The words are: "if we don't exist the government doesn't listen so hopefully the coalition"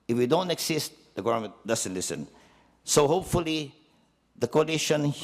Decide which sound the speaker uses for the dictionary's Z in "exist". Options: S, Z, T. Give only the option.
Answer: S